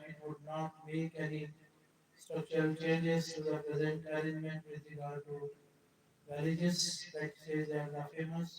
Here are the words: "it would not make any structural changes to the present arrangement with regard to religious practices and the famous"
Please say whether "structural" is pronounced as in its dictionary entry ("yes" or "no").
no